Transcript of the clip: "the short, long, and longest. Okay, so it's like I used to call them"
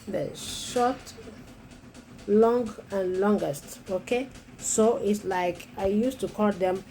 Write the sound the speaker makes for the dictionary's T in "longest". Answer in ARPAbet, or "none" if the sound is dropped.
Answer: T